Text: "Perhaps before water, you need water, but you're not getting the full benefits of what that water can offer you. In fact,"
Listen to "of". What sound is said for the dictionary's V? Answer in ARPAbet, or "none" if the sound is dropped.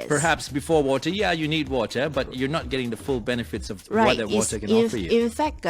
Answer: V